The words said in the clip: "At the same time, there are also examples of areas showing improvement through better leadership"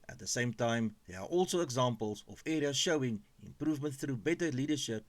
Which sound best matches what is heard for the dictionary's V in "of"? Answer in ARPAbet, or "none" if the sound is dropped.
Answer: F